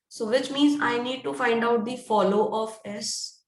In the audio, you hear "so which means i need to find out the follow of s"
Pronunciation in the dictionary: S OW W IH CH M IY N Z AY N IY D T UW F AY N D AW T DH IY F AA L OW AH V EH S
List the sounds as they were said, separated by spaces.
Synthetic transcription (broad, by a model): S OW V IH CH M IY N Z AY N IY D T UW F AY N D AW T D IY F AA L OW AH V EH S